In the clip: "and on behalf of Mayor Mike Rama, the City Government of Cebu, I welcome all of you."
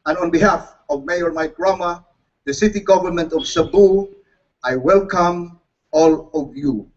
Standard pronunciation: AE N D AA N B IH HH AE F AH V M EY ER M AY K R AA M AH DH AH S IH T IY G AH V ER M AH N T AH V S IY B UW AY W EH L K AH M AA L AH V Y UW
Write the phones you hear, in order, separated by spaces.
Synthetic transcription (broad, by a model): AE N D AA N B IH HH AE F AH V M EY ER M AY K R AA M AH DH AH S IH T IY G AH V ER M AH N T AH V S IY B UW AY W EH L K AH M AA L AH V Y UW